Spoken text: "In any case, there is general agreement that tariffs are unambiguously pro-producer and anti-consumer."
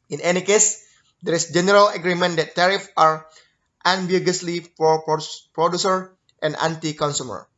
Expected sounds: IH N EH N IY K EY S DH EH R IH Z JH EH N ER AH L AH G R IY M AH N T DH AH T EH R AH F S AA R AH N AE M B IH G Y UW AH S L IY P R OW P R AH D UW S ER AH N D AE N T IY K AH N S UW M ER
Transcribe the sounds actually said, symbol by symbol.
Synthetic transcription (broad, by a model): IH N EH N IY K EY S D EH R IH S JH EH N ER AH L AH G R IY M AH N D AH T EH R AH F AA R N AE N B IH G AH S L IY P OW P R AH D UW S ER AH N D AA N T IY K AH N S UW M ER